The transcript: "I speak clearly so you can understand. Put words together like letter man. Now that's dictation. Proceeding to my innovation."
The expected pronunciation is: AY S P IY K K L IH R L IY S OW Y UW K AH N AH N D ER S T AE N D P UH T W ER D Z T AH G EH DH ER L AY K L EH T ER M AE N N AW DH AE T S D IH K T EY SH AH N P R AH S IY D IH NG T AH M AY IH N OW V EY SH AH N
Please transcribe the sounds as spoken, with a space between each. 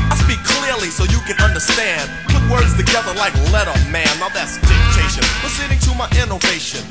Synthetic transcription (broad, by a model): AY S P IY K K L IH R L IY S OW Y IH K AH N AH N D ER S T AE N D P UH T W ER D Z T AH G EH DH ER L AY K L EH T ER M AE N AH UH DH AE T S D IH T EY SH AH N F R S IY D IH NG T AH M AY IH N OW V EY SH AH N